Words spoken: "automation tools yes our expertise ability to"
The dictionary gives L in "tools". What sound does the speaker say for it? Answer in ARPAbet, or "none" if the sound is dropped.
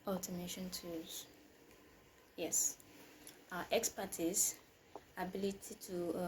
none